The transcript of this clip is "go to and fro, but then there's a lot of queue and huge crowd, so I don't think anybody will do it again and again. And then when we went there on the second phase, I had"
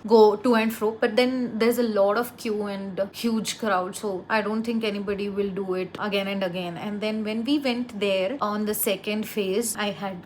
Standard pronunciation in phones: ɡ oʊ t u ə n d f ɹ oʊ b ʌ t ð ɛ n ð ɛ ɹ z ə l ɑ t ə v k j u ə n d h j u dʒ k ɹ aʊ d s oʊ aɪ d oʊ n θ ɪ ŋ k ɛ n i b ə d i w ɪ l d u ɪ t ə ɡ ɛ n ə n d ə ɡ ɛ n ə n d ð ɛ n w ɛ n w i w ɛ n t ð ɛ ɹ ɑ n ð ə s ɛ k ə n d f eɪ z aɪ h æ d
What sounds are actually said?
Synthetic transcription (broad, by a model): ɡ oʊ t u ə n d f ɹ oʊ b ʌ t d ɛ n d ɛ ɹ z ə l ɑ t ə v k j u ə n d h j u dʒ k ɹ aʊ d s oʊ aɪ d oʊ n t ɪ ŋ k ɛ n i b ə d i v ɪ l d u ɪ t ə ɡ ɛ n ə n d ə ɡ ɛ n ə n d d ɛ n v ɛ n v i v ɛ n t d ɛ ɹ ɑ n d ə s ɛ k ə n d f eɪ z aɪ h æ d